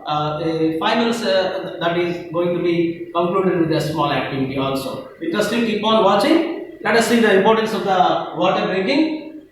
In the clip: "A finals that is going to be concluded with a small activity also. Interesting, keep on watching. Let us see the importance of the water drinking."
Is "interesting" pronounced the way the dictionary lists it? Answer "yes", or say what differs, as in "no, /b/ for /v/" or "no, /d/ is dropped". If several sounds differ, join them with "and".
no, /n/ is dropped